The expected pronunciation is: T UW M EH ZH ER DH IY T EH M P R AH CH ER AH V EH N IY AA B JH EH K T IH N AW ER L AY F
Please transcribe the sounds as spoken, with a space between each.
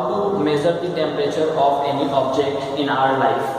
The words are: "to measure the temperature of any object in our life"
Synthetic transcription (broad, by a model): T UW M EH Z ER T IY T EH M P R AH CH ER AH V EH N IY AA B JH EH K T IH N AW ER L AY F